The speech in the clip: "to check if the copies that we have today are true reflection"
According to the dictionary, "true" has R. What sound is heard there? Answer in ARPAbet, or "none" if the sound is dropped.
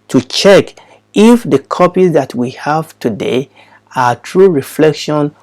R